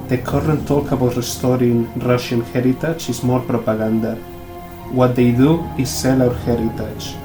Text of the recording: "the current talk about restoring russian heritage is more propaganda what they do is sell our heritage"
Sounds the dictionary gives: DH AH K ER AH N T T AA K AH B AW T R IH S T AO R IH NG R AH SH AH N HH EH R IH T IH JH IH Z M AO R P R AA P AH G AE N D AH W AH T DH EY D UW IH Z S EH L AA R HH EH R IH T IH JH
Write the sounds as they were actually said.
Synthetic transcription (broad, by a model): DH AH K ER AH N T T AA K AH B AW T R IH S T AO R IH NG R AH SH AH N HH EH R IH T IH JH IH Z M AO R P R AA P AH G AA N D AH W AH T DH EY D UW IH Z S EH L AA W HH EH R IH T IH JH